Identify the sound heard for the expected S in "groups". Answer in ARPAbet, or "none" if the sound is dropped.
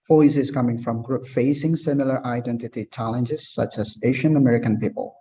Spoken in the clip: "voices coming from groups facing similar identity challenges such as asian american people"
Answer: none